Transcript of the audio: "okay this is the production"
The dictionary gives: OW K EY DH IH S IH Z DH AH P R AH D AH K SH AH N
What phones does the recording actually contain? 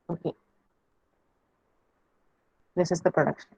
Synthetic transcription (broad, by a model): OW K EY DH IH S IH Z DH AH P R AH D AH K SH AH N